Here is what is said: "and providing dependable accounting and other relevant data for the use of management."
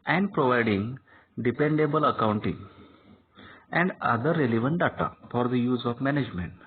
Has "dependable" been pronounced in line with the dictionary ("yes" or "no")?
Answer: yes